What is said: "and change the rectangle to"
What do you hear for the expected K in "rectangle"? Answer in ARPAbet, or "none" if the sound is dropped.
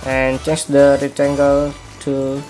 none